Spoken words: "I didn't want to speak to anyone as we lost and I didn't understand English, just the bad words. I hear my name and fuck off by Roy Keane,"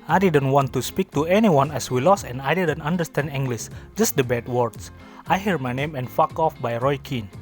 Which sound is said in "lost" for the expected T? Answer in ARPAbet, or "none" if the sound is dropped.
none